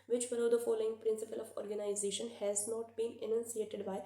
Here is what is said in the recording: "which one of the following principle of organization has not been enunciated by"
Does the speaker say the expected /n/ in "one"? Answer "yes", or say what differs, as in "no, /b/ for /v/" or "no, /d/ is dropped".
no, /l/ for /n/